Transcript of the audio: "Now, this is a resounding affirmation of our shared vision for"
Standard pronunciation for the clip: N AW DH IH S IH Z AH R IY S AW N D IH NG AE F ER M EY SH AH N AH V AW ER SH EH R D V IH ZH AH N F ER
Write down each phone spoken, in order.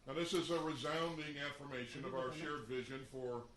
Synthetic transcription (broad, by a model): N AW DH IH S IH Z AH R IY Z AW N D IH NG AE F ER M EY SH AH N AH V AW ER SH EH R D V IH ZH AH N F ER